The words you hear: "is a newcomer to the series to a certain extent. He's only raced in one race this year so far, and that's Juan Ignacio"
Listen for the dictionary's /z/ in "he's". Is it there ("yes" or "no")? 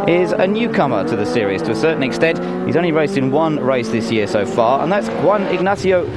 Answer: yes